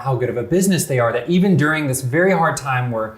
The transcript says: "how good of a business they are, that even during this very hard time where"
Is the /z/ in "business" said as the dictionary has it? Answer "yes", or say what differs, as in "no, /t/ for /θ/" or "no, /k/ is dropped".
yes